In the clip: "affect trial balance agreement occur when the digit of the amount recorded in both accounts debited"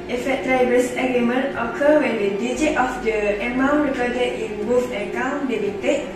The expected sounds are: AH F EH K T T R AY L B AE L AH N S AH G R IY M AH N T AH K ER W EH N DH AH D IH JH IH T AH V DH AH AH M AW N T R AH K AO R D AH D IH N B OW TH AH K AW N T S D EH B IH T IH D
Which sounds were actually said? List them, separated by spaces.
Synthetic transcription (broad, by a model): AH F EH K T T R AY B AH S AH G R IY M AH N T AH K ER W EH N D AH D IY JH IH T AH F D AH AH M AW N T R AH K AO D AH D IH N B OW F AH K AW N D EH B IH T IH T